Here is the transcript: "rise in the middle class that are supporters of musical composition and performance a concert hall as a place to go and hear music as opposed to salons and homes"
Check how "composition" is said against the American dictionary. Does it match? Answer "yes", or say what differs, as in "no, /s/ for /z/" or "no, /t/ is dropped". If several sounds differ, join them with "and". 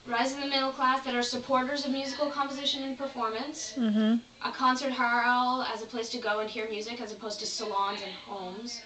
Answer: yes